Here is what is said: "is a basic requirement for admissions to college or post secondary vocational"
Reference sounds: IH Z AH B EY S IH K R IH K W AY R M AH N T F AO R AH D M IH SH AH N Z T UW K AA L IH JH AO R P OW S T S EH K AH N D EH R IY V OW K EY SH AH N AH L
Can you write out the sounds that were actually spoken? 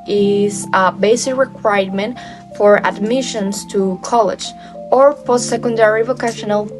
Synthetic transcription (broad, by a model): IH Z AH B EY S IH K R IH K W AY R M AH N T F AO R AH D M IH SH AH N S T UW K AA L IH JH AO R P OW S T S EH K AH N D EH R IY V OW K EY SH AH N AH L